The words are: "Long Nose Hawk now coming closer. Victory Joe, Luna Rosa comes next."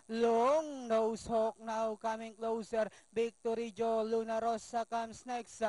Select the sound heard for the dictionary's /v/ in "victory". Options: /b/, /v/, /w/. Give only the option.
/b/